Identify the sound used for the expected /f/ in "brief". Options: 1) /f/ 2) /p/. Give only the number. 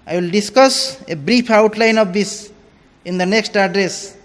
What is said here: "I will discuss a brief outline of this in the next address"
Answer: 2